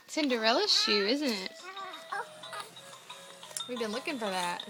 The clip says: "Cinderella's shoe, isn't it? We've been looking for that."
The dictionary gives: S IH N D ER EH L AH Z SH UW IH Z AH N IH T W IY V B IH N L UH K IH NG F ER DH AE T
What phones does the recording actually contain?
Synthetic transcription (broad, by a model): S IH N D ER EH L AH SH SH UW IH Z AH N IH T W IY V B IH N L UH K IH NG F ER DH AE T